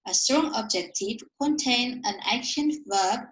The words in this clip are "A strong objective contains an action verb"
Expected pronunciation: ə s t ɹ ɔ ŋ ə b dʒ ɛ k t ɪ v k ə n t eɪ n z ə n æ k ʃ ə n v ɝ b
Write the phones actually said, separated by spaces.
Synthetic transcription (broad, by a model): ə s t ɹ ɔ ŋ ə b dʒ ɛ k t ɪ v k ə n t eɪ n ə n æ k ʃ ə n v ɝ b